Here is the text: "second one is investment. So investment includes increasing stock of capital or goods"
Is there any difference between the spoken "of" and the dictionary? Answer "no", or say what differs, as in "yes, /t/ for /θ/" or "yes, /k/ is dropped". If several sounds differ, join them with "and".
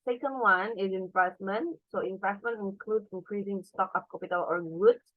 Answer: yes, /p/ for /v/